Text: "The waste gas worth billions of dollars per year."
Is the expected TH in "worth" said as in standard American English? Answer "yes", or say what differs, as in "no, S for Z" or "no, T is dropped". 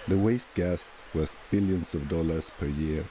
no, S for TH